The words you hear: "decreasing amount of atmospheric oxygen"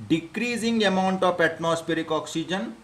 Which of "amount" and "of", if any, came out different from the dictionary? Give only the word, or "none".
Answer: of